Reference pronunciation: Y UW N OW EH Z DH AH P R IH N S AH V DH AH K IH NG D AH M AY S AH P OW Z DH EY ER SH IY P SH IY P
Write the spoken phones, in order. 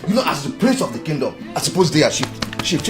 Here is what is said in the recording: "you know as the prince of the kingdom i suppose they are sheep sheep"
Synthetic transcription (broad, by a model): Y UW N OW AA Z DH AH P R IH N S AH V DH AH K IH NG D AH M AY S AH P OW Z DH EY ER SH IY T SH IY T